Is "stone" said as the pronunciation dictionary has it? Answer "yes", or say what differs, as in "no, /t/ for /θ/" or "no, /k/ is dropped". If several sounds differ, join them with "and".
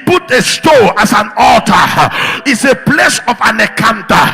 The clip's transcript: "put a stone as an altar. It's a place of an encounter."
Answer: no, /n/ is dropped